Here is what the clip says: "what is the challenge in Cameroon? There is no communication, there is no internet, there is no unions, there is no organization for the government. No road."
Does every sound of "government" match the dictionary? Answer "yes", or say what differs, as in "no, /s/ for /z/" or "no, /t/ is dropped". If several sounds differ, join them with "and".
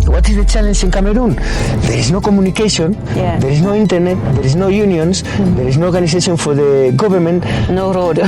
no, /b/ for /v/